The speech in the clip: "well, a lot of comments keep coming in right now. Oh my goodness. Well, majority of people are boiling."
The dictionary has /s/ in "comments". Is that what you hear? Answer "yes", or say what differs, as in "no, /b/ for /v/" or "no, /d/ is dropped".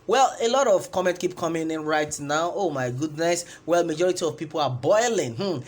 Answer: no, /s/ is dropped